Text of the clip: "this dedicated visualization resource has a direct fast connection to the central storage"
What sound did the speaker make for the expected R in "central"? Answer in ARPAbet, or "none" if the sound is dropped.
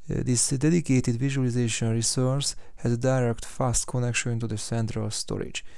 R